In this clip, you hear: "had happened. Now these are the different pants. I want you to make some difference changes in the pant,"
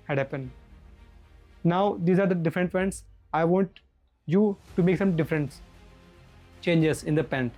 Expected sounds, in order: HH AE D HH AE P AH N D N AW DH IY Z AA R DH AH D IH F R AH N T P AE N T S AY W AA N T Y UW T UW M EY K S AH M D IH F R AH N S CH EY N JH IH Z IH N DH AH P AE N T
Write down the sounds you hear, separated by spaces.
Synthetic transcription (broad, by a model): HH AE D HH AE P AH N D N AW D IY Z AA R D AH D IH F R AH N T F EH N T S AY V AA N T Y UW T UW M EY K S AH M D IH F R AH N S CH EY N JH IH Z IH N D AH P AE N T